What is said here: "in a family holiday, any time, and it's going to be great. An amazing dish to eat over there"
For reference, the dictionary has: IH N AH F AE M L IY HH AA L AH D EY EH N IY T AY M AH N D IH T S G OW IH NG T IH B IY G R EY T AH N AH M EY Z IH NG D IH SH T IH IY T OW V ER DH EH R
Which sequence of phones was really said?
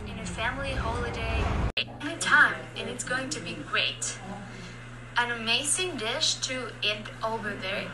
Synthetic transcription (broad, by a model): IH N AH F AE M L IY HH AA L AH D EY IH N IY T AY M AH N IH T S G OW IH NG T IH B IY G R EY T AH N AH M EY Z IH NG D IH SH T IH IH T OW V ER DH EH R